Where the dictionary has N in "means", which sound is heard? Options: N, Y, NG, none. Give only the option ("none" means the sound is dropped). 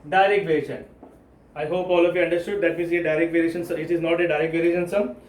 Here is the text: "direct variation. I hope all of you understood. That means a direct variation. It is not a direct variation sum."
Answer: none